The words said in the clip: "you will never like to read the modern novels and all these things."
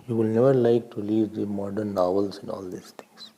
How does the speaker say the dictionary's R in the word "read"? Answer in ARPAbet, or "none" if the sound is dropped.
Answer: L